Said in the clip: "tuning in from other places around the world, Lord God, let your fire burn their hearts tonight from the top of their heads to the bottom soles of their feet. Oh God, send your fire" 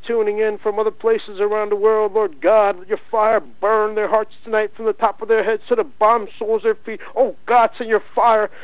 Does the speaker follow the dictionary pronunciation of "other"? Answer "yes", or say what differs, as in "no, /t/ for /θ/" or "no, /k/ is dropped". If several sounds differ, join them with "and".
yes